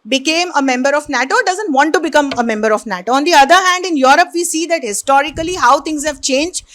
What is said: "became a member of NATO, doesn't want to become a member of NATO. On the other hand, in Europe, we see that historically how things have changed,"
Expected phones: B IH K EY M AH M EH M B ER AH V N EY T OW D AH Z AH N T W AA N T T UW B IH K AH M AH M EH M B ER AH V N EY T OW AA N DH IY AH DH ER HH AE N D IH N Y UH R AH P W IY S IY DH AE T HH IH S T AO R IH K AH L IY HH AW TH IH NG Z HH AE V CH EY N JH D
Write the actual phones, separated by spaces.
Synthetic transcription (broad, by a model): B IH K EY M AH M EH M B ER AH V N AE T OW D AH Z AH N T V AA N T T UW B IH K AH M AH M EH M B ER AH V N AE T OW AA N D IY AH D ER HH AE N D IH N Y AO R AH P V IY S IY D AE T HH IH S T AO R IH K AH L IY HH AW T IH NG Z HH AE V CH EY N JH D